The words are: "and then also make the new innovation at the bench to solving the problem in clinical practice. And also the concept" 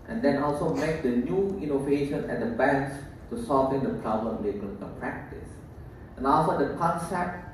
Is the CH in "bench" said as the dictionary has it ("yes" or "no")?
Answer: no